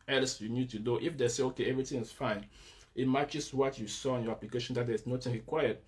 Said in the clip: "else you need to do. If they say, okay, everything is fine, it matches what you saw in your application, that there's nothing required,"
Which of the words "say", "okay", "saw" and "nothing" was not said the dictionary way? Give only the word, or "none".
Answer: nothing